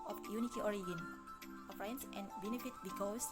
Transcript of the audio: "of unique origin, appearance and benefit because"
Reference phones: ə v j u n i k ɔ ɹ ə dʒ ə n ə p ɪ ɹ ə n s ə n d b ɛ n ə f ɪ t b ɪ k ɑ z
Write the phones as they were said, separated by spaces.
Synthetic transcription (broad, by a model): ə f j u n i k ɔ ɹ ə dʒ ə n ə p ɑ ə n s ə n b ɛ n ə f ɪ t b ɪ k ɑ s